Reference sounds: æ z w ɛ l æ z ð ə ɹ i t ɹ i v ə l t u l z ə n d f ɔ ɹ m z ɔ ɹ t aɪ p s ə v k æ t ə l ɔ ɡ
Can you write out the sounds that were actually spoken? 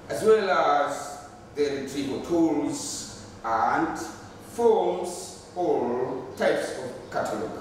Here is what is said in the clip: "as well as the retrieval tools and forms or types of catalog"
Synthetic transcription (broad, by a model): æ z w ɛ l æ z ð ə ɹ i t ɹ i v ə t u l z ə n d f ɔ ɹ m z ɔ l t aɪ p s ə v k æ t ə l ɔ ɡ